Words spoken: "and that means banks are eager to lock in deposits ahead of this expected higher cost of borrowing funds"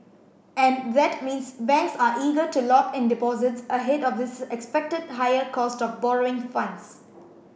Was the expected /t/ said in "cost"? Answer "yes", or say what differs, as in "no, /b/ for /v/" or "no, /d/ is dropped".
yes